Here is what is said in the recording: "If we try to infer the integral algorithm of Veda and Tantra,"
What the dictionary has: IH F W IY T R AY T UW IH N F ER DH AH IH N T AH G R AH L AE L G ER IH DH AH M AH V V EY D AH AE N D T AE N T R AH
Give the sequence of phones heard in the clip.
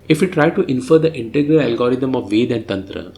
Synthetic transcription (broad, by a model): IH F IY T R AY T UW IH N F ER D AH IH N T AH G R AH L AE L G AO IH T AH M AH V V EY D AH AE N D T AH N T R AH